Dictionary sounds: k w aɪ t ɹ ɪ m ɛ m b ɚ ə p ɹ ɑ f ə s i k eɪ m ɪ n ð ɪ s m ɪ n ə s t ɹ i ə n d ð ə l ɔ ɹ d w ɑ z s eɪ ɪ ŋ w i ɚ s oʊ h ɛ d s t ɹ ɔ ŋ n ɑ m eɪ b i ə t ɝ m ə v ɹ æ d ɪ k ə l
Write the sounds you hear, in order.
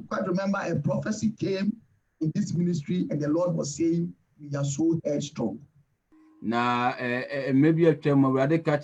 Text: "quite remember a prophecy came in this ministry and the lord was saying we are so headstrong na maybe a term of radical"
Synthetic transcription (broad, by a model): k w aɪ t ɹ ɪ m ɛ m b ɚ ə p ɹ ɑ f ə s i k eɪ m ɪ n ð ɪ s m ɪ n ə s t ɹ i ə n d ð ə l ɔ d w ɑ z s eɪ ɪ ŋ w i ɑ s oʊ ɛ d s t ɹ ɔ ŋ n ɑ m eɪ b i ə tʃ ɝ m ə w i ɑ d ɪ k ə